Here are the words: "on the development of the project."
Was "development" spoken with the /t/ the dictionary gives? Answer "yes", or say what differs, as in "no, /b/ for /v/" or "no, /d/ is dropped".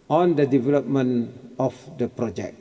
no, /t/ is dropped